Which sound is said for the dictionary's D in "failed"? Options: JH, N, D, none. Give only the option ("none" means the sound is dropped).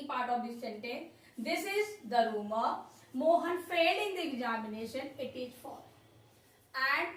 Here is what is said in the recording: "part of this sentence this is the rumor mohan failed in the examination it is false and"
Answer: none